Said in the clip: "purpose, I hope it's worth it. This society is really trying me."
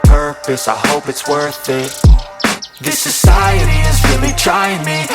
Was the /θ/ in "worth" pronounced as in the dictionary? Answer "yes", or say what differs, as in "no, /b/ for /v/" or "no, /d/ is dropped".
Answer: yes